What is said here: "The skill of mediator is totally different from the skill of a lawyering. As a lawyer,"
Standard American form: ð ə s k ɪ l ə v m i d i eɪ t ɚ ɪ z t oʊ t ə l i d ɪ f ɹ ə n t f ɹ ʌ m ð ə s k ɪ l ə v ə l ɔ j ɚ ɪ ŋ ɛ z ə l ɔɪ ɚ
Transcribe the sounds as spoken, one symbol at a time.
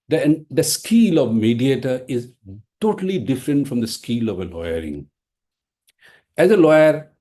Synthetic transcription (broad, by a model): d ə s k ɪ l ə v m i d i eɪ t ɚ ɪ z t oʊ t ə l i d ɪ f ɹ ə n t f ɹ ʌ m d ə s k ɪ l ə v ə l ɔ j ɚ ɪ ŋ ɛ z ə l ɔɪ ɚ